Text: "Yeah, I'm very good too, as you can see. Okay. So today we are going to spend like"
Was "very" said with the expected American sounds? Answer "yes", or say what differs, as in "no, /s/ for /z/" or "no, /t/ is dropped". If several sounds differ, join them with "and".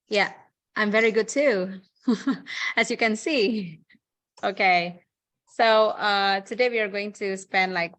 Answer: yes